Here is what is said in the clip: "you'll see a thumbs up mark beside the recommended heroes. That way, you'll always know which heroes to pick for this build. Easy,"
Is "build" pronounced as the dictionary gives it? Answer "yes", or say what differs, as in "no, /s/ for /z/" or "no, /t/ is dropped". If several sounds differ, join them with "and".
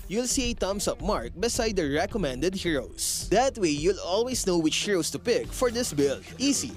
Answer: no, /d/ is dropped